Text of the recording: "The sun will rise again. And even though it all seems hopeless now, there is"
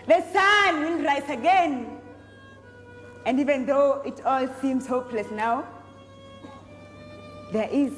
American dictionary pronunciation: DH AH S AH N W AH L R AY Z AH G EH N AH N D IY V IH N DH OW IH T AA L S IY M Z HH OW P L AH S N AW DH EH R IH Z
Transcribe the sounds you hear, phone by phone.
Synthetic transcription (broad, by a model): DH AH S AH N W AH N R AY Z AH G EH N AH N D IY V IH N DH OW IH T AA L S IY M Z HH OW P L AH S N AW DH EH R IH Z